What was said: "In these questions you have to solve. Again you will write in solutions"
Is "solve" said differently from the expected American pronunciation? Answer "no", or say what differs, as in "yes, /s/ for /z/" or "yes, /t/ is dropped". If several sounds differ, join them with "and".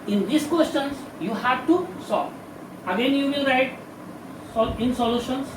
yes, /v/ is dropped